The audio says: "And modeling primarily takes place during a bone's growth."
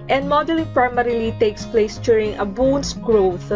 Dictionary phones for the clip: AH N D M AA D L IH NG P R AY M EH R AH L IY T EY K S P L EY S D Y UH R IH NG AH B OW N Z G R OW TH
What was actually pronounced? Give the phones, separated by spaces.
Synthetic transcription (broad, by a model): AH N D M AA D IH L P R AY M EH R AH L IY T EY K S P L EY S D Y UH R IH NG AH B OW N S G R OW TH